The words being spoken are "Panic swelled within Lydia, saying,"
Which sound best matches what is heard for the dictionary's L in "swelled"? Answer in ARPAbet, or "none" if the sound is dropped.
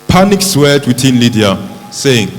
none